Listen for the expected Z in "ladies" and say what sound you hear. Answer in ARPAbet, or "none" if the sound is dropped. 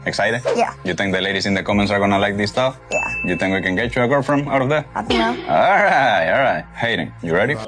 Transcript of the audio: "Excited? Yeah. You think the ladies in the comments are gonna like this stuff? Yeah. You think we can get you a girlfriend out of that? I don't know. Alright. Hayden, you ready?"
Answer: S